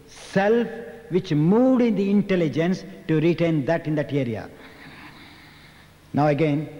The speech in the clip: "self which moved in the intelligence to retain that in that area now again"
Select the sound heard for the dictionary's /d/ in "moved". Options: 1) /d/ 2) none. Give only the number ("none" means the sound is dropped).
1